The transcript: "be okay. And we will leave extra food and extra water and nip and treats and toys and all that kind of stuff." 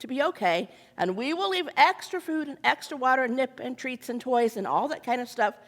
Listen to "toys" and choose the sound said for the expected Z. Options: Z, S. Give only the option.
Z